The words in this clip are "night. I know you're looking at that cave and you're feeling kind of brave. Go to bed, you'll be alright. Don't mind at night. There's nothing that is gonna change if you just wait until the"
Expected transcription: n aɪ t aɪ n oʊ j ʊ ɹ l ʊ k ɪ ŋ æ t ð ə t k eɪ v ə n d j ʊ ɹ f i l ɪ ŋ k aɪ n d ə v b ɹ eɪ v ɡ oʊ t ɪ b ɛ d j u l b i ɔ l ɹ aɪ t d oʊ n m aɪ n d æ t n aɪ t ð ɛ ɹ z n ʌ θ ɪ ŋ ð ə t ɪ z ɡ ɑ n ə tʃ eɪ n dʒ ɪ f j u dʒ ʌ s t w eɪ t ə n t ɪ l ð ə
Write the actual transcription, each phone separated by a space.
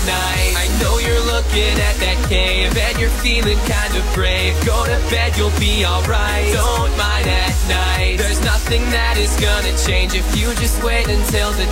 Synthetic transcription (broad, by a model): n aɪ t aɪ n oʊ j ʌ ɹ l ʊ k ɪ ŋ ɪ t ð ə t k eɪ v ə n j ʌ ɹ f i l ɪ ŋ k aɪ n d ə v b ɹ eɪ ɡ oʊ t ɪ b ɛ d j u l b i ɔ l ɹ aɪ t d oʊ n m aɪ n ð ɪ t n aɪ t ð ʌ ɹ z n ʌ θ ɪ ŋ ð ə t ɪ z ɡ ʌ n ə tʃ eɪ n dʒ ɪ f j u dʒ ʌ s t w eɪ t ə n t ɪ l ð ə